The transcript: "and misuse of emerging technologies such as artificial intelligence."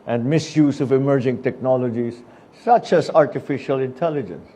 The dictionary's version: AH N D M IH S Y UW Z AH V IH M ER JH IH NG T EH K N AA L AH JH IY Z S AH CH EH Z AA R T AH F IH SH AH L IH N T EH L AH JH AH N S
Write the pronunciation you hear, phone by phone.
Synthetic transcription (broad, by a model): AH N D M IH S Y UW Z AH V IH M ER JH IH NG T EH K N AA L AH JH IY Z S AH CH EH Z AA R T AH F IH SH AH L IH N T EH L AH JH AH N S